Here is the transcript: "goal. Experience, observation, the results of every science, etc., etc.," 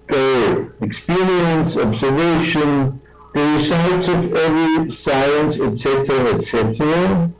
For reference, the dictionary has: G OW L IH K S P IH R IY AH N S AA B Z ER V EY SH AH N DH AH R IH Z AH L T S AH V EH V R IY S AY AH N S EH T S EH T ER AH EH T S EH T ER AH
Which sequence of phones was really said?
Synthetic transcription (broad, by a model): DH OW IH K S P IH R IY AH N S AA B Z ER V EY SH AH N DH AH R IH S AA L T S AH V EH V R IY S AY AH N S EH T S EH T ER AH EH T S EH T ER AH